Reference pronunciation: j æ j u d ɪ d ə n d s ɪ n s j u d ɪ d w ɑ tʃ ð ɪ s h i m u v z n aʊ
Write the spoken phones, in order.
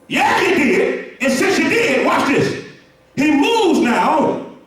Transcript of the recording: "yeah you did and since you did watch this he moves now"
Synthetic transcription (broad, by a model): j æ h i d ɪ d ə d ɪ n s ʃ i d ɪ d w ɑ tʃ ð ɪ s h i m u v z n aʊ